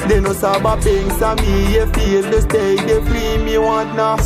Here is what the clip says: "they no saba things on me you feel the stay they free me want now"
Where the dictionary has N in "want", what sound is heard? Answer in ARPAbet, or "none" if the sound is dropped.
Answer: none